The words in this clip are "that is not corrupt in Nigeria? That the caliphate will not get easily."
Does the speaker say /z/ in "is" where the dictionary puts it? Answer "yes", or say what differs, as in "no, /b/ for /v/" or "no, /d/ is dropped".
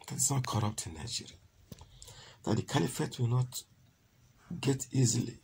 no, /s/ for /z/